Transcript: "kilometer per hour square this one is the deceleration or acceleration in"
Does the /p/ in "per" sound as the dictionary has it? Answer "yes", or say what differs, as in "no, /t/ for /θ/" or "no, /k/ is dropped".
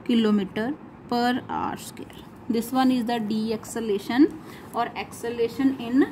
yes